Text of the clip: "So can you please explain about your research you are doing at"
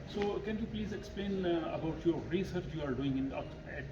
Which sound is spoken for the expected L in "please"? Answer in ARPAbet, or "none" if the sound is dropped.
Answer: L